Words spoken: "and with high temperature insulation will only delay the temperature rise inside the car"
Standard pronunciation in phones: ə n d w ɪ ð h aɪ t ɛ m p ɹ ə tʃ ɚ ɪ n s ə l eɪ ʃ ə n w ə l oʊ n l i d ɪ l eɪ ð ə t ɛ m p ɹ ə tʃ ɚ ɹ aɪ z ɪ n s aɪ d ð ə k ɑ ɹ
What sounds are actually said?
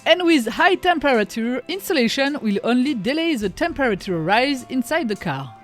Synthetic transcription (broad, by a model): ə n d w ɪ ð h aɪ t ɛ m p ɹ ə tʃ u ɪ n s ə l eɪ ʃ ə n w ə l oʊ n l i d ɪ l eɪ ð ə t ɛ m p ɹ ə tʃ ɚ ɹ aɪ z ɪ n s aɪ d ð ə k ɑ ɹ